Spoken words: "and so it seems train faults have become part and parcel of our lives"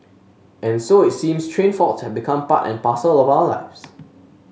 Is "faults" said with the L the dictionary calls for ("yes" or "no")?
no